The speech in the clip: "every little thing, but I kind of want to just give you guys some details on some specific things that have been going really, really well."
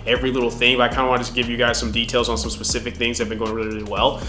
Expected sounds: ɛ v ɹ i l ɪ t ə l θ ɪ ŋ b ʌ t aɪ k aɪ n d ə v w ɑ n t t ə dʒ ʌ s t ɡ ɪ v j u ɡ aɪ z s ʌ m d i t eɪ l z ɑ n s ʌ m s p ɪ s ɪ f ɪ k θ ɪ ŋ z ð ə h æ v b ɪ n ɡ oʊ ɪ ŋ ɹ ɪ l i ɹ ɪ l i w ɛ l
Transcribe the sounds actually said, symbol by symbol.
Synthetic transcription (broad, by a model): ɛ v ɹ i l ɪ t l θ ɪ ŋ b ʌ t aɪ k aɪ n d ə w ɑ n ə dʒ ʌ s ɡ ɪ v j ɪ ɡ aɪ z s ʌ m d i t eɪ l z n s ʌ m s p ɪ s ɪ f ɪ k θ ɪ ŋ z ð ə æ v b ɪ n ɡ oʊ ɪ ŋ ɹ ɪ l i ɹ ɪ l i w ɛ l